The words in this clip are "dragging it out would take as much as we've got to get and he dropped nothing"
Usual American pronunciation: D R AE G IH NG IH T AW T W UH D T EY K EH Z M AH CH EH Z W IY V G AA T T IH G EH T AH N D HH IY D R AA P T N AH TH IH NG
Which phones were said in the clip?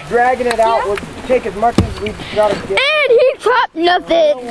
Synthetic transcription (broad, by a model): D R AE G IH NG IH T AW T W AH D T EY K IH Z M AH CH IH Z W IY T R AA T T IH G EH AH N HH IY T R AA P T N AH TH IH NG